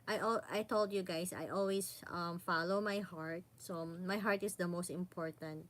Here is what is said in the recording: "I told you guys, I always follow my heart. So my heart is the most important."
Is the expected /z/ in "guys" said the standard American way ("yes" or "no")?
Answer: no